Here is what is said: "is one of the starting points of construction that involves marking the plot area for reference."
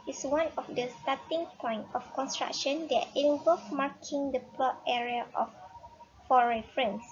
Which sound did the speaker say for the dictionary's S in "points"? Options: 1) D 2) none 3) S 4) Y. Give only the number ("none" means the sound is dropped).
2